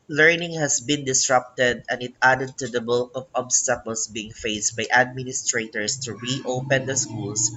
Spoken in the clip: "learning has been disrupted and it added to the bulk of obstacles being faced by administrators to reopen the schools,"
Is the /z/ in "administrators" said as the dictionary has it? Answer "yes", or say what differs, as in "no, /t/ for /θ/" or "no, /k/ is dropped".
no, /s/ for /z/